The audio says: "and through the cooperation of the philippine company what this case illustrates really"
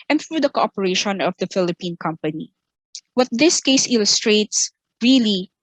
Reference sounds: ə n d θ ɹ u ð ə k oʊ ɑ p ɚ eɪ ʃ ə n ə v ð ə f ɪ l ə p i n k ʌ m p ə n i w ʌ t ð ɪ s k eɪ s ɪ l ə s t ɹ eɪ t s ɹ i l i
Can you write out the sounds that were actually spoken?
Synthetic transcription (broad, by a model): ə n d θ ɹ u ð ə k oʊ ɑ p ɚ eɪ ʃ ə n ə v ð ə f ɪ l ə p i n k ʌ m p ə n i w ʌ t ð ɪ s k eɪ s ɪ l ə s t ɹ eɪ t s ɹ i l i